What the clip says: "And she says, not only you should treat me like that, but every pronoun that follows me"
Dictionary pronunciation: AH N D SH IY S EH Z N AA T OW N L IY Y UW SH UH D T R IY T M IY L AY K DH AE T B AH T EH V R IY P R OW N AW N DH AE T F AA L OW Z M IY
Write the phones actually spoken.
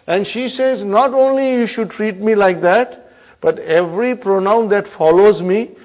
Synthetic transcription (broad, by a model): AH N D SH IY S EH Z N AA T OW N L IY Y UW SH UH D T R IY T M IY L AY K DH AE T B AH T EH V R IY P R OW N AW N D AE T F AA L OW Z M IY